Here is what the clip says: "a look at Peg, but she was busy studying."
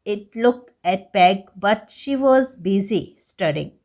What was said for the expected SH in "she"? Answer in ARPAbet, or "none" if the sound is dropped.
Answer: SH